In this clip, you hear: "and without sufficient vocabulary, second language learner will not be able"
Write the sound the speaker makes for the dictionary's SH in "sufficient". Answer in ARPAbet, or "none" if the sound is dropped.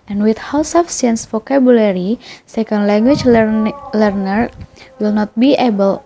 none